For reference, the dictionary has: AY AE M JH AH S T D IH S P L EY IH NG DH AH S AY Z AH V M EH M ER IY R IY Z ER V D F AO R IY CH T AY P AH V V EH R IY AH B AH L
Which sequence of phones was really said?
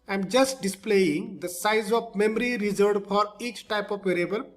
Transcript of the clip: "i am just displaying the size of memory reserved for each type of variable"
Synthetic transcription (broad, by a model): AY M JH AH S T D IH S P L EY IH NG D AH S AY Z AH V M EH M ER IY R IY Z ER D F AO R IY CH T AY P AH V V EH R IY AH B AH L